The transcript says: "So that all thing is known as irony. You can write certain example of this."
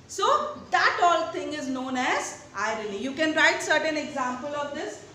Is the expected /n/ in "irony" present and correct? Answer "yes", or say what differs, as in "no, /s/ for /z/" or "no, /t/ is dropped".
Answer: no, /l/ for /n/